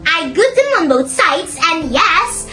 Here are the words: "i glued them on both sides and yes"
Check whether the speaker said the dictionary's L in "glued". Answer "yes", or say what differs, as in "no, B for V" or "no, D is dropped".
no, L is dropped